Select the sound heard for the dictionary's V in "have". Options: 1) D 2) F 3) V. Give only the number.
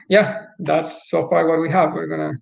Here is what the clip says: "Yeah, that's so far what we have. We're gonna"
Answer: 3